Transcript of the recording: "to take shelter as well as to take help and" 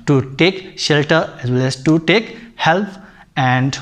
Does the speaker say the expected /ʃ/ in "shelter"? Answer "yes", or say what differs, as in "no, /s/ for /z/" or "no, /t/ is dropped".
yes